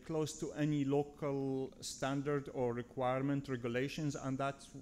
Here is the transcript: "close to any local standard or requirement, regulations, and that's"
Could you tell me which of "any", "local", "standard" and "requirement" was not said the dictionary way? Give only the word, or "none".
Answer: none